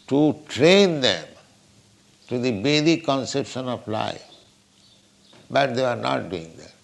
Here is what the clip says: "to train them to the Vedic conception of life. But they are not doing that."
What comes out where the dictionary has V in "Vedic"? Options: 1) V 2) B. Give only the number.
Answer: 2